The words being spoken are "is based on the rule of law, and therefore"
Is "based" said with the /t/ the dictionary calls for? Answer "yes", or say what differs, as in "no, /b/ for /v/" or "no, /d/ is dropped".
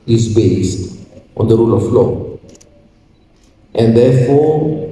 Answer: yes